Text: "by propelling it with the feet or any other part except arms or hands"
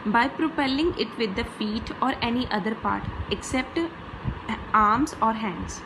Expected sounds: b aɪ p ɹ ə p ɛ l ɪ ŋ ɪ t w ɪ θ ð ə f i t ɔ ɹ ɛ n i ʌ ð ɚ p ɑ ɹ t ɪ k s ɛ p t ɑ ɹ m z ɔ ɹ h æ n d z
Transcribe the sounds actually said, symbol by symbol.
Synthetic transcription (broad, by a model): b aɪ p ɹ ə p ɛ l ɪ ŋ ɪ t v ɪ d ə f i t ɔ ɹ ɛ n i ʌ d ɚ p ɑ ɹ t ɪ k s ɛ p t ɑ ɹ m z ɔ ɹ h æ n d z